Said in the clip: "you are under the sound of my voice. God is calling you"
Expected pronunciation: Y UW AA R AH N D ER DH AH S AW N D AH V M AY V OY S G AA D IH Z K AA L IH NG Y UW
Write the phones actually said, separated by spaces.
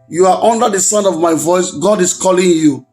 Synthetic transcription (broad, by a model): Y UW AA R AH N D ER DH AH S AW N AH V M AY V OY S G AA D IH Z K AA L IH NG Y UW